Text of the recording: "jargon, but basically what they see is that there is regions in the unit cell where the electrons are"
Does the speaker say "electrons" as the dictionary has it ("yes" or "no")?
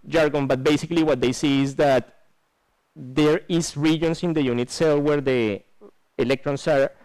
no